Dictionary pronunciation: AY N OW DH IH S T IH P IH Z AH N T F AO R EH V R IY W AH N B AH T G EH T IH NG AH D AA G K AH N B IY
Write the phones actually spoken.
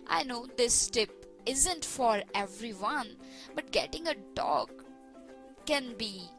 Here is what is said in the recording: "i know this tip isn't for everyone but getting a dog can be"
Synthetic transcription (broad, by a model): AY N OW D IH S T IH P IH Z AH N T F AO R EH V R IY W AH N B AH T G EH T IH NG AH D AA G K AH N B IY